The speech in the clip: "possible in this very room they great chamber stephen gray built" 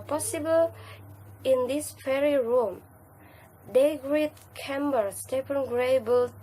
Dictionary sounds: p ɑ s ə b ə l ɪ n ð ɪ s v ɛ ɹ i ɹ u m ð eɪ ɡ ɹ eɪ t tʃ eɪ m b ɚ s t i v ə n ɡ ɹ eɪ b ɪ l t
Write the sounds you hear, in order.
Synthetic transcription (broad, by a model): p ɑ s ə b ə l ɪ n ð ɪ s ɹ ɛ ɹ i ɹ u m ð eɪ ɡ ɹ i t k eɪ m b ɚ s t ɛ p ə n ɡ ɹ eɪ b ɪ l